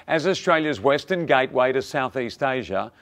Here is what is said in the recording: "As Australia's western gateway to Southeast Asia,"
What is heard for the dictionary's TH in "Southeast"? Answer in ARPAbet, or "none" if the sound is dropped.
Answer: TH